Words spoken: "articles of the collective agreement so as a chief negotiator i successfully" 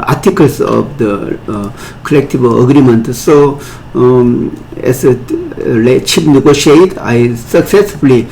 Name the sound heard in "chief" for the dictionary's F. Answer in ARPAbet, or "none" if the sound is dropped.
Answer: P